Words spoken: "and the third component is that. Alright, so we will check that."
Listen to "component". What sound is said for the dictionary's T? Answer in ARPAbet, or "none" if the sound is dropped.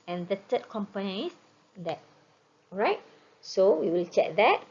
none